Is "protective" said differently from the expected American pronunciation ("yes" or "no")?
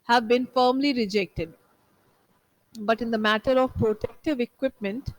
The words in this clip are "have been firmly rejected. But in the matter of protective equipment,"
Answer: no